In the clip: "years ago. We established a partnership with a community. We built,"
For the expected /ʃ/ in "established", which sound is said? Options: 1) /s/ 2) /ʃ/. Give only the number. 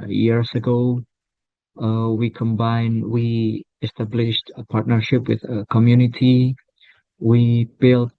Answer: 2